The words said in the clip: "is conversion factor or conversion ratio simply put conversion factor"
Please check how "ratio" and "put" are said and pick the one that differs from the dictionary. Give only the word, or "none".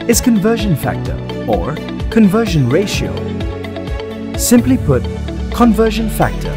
none